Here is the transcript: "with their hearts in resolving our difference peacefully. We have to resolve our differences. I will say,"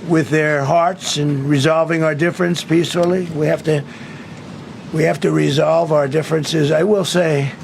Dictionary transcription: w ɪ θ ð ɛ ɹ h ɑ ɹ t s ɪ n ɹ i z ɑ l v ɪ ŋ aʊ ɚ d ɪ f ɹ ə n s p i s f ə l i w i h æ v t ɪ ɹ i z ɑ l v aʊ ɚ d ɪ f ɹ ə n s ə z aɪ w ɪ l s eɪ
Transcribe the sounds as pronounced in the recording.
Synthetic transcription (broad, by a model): w ɪ ð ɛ ɹ h ɑ ɹ t s ɪ n ɹ i z ɑ l v ɪ ŋ aʊ ɚ d ɪ f ɹ ə n s p i s f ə w i w i h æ f t ɪ ɹ i z ɑ l v aʊ ɚ d ɪ f ɹ ə n s ə z aɪ w ɪ l s eɪ